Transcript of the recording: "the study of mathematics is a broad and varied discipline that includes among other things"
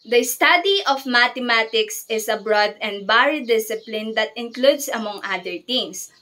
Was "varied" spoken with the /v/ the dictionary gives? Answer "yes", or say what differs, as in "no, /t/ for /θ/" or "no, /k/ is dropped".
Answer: no, /b/ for /v/